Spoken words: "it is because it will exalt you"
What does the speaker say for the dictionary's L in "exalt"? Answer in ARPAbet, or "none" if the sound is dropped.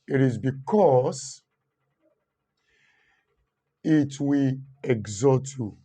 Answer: none